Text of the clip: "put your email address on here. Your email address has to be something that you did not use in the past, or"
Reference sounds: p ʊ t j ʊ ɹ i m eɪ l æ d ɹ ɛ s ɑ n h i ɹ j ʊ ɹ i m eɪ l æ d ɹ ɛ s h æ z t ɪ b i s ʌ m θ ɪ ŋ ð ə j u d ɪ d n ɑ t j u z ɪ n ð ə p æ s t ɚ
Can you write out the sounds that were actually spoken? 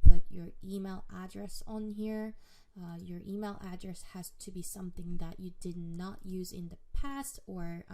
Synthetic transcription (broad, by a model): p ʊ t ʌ ɹ i m eɪ l æ d ɹ ɛ s n h i ɹ j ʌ ɹ i m eɪ l æ d ɹ ɛ s h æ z t ɪ b i s ʌ m θ ɪ ŋ ð ə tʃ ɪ d ɪ d n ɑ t j u z ɪ n ð ə p æ s t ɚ